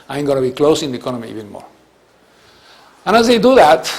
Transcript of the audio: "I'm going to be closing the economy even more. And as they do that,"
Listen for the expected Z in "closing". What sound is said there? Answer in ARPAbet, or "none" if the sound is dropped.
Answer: S